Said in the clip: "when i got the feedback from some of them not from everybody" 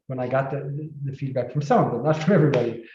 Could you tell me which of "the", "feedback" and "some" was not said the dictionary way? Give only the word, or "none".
some